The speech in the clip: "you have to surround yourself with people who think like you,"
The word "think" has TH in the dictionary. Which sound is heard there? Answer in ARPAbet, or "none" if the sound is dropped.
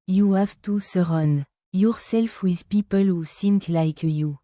S